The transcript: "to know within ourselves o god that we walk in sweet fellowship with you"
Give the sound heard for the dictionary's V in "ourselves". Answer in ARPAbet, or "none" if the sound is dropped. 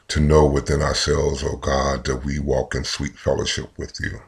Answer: V